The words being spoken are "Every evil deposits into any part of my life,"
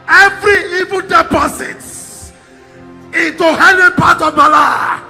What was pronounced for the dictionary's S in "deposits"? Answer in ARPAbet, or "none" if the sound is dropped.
none